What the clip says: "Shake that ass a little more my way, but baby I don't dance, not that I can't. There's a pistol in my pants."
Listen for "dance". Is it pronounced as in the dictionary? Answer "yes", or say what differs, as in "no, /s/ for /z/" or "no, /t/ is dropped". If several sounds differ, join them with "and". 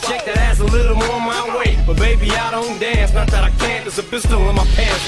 yes